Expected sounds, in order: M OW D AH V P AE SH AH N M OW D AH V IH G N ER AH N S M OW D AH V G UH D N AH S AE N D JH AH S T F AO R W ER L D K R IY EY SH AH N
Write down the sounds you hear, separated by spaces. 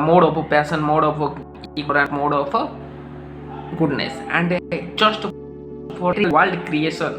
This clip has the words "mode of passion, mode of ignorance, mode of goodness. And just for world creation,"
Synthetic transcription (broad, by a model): M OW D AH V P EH S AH N M OW D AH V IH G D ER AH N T M OW D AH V G UH D N AH S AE N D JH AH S T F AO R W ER L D K R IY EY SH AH N